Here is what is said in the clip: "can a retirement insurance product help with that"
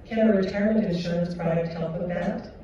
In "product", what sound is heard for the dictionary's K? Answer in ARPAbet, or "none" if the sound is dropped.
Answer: none